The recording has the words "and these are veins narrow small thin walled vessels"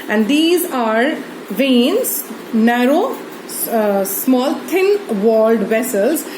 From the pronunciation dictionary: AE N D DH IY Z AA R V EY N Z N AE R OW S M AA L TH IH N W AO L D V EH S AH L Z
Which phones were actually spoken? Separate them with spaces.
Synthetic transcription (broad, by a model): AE N D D IY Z AA R V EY N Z N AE R OW S M AA L T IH N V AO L D V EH S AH L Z